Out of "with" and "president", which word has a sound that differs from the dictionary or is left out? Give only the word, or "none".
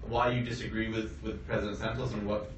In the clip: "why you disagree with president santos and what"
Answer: none